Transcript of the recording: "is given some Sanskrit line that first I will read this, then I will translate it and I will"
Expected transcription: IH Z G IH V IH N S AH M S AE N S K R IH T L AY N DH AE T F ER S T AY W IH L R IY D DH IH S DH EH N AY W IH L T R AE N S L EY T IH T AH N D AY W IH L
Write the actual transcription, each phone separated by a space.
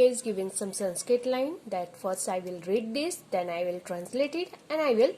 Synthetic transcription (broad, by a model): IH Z G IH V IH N S AH M S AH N S K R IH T L AY N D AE T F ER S AY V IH L R IY D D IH S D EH N AY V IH L T R AE N S L EY T IH T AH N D AY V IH L